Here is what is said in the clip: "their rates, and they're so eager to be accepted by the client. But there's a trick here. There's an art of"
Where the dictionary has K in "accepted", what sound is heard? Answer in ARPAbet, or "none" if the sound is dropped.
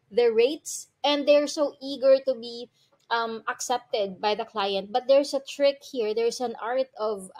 K